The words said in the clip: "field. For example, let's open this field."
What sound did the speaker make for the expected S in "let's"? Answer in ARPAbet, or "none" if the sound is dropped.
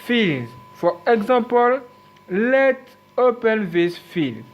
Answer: none